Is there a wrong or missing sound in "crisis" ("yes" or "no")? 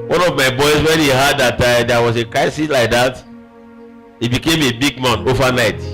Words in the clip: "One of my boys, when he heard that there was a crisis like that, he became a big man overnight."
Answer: yes